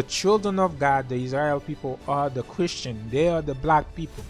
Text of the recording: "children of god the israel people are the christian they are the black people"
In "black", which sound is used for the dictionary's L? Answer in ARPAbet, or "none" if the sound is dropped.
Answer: L